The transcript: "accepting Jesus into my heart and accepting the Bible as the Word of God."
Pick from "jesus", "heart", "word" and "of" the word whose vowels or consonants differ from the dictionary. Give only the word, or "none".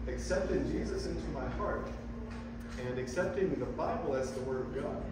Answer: none